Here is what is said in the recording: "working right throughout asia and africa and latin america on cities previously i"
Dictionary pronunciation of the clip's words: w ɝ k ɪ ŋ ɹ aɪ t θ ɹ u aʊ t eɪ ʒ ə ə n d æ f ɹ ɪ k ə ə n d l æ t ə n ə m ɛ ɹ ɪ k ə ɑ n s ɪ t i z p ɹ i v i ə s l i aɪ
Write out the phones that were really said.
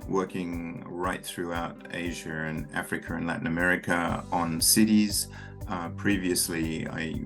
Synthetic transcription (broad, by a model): w ɝ k ɪ ŋ ɹ aɪ t θ ɹ u aʊ t eɪ ʒ ə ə n æ f ɹ ɪ k ə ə n l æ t n ə m ɛ ɹ ɪ k ə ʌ n s ɪ t i z p ɹ i v i ə s l i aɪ